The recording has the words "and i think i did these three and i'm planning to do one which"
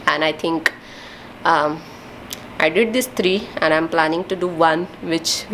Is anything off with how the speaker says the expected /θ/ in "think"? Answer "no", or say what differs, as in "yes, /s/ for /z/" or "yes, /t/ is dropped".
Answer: yes, /t/ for /θ/